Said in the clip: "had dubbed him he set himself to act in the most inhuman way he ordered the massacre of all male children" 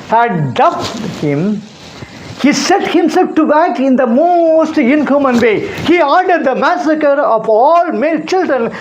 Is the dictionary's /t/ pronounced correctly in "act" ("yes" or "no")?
no